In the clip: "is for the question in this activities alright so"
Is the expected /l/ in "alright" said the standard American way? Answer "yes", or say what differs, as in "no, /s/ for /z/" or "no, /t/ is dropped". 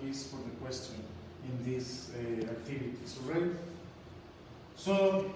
no, /l/ is dropped